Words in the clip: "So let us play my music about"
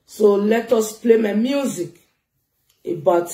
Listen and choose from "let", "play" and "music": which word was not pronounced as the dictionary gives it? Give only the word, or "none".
none